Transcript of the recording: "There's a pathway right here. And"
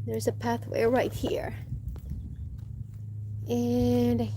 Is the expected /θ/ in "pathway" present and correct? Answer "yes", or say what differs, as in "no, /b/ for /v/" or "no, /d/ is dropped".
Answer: yes